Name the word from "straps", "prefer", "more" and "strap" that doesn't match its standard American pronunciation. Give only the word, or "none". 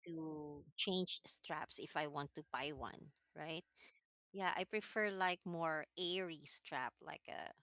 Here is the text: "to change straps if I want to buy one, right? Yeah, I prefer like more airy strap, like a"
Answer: none